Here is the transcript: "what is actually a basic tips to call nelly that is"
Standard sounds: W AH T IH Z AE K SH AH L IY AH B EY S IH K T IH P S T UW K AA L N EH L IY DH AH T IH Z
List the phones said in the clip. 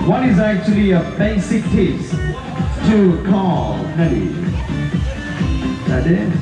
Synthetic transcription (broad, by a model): W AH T IH Z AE K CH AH L IY AH B EY S IH K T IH S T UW K AA L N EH N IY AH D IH